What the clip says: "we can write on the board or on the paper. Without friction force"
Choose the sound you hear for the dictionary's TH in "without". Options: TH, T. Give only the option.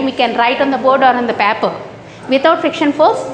T